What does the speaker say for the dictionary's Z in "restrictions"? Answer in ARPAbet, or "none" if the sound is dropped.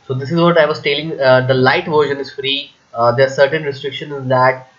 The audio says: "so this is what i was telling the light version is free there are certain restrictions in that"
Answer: none